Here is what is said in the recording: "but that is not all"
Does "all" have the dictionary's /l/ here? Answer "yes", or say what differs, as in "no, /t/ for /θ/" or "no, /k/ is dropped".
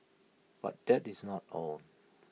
no, /n/ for /l/